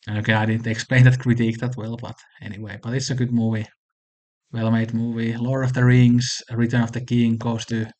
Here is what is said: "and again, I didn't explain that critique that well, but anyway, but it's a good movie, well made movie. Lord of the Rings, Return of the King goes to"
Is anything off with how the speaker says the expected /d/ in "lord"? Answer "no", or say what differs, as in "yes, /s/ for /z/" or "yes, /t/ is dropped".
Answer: yes, /d/ is dropped